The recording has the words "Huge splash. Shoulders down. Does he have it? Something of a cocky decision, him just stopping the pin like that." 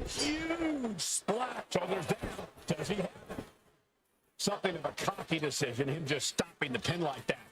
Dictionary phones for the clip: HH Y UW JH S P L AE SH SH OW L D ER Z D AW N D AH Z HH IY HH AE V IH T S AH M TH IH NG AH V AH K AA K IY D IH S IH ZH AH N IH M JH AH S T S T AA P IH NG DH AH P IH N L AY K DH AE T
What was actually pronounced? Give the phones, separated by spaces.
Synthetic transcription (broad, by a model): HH Y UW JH S L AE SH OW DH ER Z D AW D AH Z IY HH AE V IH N S AH M TH IH NG AH V AH K AA K IY D IH S IH ZH AH N IH M JH AH S T S T AA P IH NG DH AH P IH N L AY K DH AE T